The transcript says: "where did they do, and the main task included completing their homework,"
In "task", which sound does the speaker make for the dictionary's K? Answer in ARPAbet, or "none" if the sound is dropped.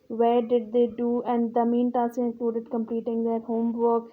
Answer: none